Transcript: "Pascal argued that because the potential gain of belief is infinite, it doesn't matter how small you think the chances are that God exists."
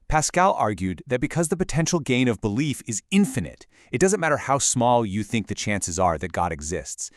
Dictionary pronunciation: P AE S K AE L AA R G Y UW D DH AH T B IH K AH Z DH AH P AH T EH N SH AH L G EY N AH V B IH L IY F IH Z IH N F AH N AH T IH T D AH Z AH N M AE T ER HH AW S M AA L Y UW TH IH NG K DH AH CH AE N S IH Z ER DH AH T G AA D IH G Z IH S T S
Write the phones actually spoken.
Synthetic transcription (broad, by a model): P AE S K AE L AA R G Y UW D DH AH T B IH K AH Z DH AH P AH T EH N SH L G EY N AH V B IH L IY F IH Z IH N F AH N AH T IH T D AH Z AH N M AE T ER HH AW S M AA L Y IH TH IH NG K DH AH CH AE N S IH Z ER DH AH T G AA D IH G Z IH S T S